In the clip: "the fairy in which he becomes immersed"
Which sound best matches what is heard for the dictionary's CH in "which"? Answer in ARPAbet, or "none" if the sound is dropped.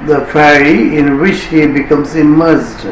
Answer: CH